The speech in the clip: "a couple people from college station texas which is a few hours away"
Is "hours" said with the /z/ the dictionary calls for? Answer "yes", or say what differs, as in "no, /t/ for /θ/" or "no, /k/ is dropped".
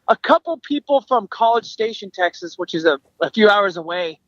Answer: yes